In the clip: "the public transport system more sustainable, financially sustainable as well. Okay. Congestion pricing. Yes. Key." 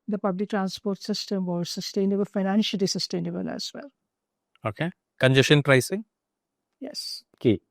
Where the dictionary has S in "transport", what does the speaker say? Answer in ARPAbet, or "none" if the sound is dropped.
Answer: S